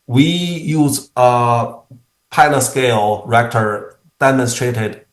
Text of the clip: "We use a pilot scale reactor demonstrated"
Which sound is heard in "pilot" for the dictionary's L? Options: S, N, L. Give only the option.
N